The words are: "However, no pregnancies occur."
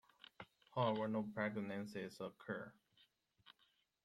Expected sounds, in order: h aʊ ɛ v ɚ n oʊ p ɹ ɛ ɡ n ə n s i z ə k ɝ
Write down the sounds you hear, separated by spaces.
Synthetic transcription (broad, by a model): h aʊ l w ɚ n oʊ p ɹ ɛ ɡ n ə n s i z ə k ɝ